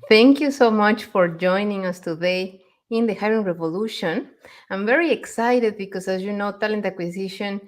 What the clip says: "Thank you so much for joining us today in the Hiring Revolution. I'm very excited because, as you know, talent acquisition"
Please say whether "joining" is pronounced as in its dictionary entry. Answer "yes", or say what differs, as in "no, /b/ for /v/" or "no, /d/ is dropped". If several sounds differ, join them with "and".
yes